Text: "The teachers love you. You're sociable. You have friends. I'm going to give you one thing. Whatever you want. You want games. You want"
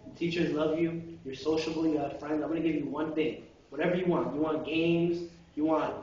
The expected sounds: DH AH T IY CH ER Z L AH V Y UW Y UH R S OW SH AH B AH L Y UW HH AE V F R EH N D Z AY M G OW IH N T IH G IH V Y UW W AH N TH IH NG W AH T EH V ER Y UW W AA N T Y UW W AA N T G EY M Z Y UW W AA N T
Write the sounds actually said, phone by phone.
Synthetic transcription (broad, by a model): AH T IY CH ER Z L AH V Y UW Y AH R S OW SH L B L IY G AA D F R EH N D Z AY M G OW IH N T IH G IH V Y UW W AH N TH IH NG W AH T EH V ER Y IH W AA N T Y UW W AA N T G EY M Z Y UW W AA N T